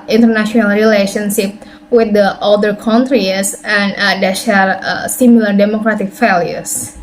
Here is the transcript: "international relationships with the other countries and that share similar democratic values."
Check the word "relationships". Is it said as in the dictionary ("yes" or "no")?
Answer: no